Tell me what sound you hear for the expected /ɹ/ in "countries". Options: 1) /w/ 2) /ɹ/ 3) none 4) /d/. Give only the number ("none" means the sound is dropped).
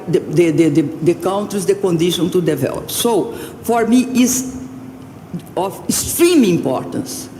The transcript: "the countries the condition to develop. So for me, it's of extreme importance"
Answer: 3